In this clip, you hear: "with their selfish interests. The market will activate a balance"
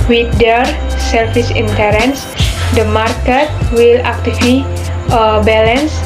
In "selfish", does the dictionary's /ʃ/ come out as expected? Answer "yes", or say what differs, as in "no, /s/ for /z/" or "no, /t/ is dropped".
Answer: no, /s/ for /ʃ/